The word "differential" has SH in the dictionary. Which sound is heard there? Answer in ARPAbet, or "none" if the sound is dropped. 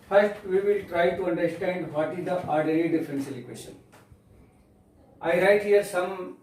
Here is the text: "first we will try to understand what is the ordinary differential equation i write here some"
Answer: S